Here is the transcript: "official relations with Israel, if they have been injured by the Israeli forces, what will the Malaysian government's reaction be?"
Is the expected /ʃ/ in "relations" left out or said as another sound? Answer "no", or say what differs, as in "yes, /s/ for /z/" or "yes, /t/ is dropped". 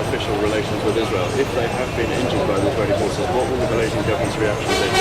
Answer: no